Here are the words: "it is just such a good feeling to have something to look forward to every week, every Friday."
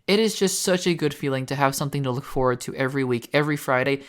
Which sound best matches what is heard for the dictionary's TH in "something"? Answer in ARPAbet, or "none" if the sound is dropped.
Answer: TH